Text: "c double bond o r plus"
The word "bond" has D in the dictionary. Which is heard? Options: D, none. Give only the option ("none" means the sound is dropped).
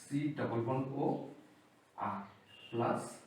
none